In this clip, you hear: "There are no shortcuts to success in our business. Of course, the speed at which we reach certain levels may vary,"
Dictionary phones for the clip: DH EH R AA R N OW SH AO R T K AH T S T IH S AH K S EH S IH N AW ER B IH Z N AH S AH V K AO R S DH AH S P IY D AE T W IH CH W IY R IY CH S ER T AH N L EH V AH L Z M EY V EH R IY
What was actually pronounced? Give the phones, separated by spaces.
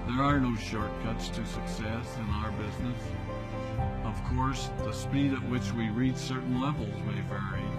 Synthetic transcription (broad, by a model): DH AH R AA R N OW SH AO R T K AH T S T IH S AH K S EH S IH N AW ER B IH Z N AH S AH V K AO R S DH AH S P IY D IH T W IH CH W IY R IY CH S ER T N L EH V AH L Z M EY V EH R IY